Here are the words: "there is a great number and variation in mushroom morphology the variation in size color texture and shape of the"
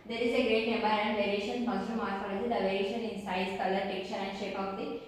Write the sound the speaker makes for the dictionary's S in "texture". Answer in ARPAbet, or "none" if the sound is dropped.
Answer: none